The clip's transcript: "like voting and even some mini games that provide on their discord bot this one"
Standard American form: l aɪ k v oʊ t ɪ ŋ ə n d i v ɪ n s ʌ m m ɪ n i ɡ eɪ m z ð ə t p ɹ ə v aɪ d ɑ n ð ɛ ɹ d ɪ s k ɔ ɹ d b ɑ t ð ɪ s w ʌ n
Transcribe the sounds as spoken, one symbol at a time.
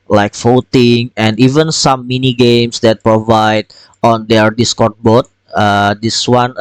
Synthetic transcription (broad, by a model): l aɪ k f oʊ t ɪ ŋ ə n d i v ɪ n s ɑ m m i n i ɡ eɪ m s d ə t p ɹ ə v aɪ d ɑ n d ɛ ɹ d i s k ɔ ɹ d b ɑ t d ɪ s w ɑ n